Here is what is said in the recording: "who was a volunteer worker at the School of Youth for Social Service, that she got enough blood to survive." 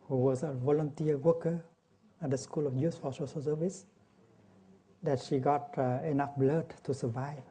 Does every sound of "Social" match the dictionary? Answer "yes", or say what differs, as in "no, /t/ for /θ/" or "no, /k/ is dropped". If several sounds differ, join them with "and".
no, /s/ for /ʃ/